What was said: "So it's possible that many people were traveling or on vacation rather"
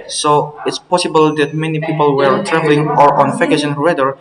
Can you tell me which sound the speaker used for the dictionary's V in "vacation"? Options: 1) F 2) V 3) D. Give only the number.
1